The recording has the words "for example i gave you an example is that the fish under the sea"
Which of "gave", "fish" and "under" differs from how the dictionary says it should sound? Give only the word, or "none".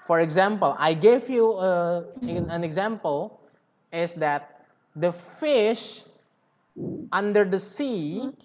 none